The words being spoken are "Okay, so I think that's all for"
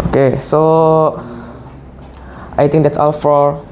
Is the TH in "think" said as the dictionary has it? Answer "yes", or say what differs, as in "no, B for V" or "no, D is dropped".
no, T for TH